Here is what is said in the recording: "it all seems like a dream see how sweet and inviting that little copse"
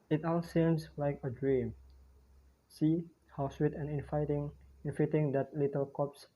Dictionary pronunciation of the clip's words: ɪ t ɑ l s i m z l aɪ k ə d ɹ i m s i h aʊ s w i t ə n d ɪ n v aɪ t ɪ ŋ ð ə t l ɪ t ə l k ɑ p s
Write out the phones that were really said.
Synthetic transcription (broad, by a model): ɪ t ɑ l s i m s l aɪ k ə d ɹ i m s i h aʊ s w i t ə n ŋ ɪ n f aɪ t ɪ ŋ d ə t l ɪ t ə l k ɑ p s